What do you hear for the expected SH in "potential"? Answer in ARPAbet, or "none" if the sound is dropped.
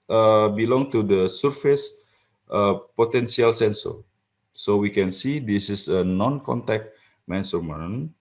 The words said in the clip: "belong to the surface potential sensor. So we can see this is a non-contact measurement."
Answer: S